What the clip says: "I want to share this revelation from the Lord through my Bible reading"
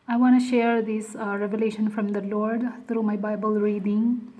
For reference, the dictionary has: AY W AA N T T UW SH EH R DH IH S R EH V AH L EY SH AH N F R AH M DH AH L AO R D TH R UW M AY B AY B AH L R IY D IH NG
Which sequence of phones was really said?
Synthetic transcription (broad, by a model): AY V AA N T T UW SH EH R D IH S R EH V AH L EY SH AH N F R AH M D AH L AO R D T R UW M AY B AY B AH L R IY D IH NG